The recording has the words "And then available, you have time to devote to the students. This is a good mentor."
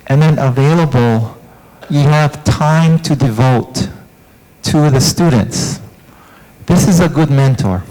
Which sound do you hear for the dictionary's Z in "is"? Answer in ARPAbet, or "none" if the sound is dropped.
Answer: Z